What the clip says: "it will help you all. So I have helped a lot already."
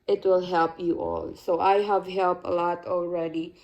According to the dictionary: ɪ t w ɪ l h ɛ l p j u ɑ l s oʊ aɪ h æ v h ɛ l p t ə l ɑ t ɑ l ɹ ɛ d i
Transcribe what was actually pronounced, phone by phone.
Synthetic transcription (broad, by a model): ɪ t w ɪ l h ɛ l p j u ɑ l s oʊ aɪ h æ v h ɛ l p t ə l ɑ t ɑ l ɹ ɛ d i